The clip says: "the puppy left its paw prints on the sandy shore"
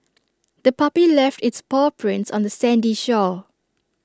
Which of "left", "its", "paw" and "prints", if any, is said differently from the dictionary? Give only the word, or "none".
none